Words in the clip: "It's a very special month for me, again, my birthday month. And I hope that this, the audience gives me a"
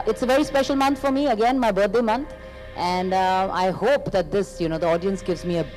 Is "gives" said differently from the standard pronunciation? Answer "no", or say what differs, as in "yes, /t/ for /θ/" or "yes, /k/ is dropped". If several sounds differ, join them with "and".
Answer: no